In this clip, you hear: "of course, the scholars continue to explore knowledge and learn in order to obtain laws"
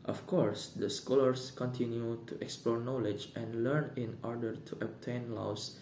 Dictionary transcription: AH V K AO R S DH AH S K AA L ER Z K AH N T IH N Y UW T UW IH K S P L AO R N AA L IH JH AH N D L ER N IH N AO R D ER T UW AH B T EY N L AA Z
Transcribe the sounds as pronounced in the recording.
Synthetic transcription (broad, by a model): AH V K AO R S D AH S K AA L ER S K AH N T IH N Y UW T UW IH K S P L AO R N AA L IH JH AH N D L ER N IH N AO R D ER T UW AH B T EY N L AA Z